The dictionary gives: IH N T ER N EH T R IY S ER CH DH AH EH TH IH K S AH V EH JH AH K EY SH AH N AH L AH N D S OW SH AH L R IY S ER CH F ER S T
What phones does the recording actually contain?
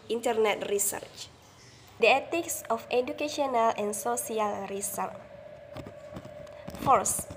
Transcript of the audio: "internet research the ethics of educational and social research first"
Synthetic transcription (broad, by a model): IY N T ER N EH T R IY S ER CH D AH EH T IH K S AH F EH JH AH K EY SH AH N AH L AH N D S OW S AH L R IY S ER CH F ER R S